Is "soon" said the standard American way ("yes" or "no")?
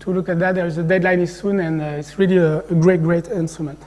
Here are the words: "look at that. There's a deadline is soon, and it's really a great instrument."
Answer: yes